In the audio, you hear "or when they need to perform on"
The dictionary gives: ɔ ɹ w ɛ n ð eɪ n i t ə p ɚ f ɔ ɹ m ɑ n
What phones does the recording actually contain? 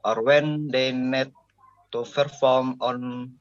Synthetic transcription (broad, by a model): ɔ ɹ w ɛ n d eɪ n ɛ t ə f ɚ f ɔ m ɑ n